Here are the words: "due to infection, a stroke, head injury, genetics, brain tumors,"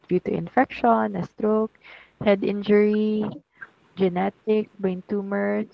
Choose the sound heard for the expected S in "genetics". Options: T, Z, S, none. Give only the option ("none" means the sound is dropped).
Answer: none